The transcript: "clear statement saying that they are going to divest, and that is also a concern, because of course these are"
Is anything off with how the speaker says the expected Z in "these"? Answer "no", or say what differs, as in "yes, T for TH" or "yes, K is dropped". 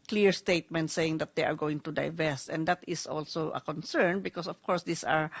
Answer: yes, S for Z